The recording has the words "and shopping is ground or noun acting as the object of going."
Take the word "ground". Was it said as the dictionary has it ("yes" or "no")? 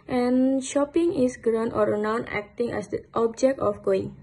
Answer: no